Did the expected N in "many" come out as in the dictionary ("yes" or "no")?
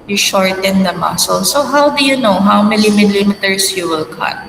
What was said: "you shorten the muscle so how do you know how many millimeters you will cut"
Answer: no